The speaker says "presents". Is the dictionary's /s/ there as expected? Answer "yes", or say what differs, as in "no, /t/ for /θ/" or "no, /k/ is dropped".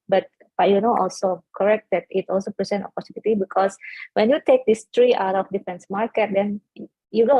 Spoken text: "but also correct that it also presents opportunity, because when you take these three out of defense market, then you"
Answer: no, /s/ is dropped